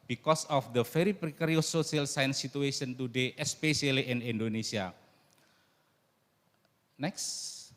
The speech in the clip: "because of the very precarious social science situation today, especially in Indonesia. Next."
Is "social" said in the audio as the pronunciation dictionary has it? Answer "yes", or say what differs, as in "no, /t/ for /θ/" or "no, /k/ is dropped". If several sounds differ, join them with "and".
no, /ʃ/ is dropped